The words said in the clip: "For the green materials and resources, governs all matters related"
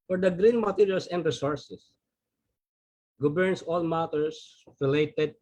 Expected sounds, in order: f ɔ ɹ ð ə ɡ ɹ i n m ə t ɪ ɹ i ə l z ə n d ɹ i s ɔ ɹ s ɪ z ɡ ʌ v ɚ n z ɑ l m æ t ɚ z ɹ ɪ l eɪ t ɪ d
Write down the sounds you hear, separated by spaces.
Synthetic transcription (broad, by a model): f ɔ ɹ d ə ɡ ɹ i n m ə t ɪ ɹ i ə l s ə n d ɹ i s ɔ ɹ s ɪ s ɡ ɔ b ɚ n s ɑ l m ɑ t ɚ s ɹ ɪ l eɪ t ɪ d